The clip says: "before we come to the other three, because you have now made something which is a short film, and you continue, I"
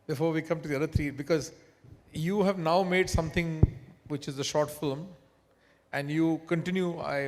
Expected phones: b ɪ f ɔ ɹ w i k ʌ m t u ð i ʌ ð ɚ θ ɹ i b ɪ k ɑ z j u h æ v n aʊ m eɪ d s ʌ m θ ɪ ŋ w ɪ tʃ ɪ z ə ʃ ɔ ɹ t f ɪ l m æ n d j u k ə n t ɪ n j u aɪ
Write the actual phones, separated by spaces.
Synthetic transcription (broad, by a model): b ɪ f ɔ ɹ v i k ʌ m t u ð i ʌ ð ɚ t ɹ i b ɪ k ɑ z j u h æ v n aʊ m eɪ d s ʌ m t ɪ ŋ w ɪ tʃ ɪ z ə ʃ ɔ ɹ t f ɪ l m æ n d j u k ə n t ɪ n j u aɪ